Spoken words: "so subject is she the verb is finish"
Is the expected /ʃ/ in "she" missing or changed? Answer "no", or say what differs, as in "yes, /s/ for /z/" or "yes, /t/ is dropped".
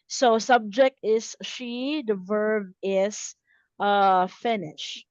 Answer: no